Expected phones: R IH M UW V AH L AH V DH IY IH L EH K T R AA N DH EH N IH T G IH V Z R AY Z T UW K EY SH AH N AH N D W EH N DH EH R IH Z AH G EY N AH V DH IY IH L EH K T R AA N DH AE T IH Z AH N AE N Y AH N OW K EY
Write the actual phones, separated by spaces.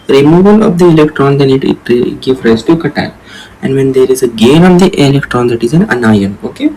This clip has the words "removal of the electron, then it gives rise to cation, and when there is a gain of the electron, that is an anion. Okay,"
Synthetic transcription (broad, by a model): R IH M UW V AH L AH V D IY IH L EH K T R AA N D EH N IH T G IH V R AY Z T UW K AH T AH L AH N D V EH N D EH R IH Z AH G EY N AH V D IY IH L EH K T R AA N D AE T IH Z AH N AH N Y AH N OW K EY